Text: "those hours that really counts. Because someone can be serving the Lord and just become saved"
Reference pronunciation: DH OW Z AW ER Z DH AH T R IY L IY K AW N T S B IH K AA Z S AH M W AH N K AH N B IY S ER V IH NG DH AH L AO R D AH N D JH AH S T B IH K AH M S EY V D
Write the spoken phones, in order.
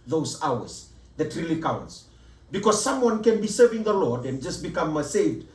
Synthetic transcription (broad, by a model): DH OW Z AW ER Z DH AH T R IY L IY K AW N T S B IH K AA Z S AH M W AH N K AH N B IY S ER V IH NG DH AH L AO R D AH N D JH AH S T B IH K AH M S EY V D